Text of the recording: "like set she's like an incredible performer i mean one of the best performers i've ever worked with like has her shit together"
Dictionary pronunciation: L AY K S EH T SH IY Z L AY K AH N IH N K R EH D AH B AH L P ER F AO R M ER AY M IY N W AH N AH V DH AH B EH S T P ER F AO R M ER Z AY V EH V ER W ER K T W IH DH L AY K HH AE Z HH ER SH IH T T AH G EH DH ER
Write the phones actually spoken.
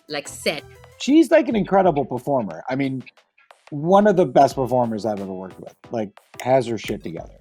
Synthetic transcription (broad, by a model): L AY K S EH T SH IY Z L AY K AH N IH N K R EH D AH B L P ER F AO R M ER AY M IY N W AH N AH V DH AH B EH S T P ER F AO R M ER Z AY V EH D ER W ER K W IH DH L AY K HH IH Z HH ER SH IH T T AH G EH DH ER